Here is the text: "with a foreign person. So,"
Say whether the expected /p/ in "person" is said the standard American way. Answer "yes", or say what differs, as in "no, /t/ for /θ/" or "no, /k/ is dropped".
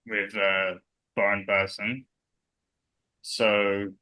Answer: no, /b/ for /p/